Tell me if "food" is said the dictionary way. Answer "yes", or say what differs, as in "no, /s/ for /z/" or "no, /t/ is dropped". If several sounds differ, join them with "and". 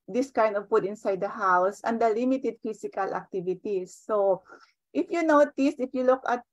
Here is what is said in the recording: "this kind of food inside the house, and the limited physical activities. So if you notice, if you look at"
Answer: no, /p/ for /f/